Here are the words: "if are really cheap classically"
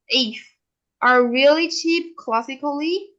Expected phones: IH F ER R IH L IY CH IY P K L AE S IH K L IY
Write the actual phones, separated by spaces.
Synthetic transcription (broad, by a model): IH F ER R IH L IY CH IY P K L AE S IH K L IY